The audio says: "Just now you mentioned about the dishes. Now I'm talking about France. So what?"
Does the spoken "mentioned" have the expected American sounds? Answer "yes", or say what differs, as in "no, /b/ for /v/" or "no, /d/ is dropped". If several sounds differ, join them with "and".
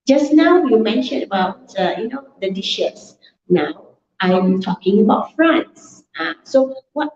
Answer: no, /d/ is dropped